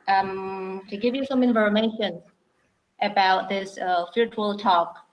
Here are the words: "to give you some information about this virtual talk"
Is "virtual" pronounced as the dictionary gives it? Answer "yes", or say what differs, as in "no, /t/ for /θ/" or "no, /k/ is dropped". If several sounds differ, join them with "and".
no, /f/ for /v/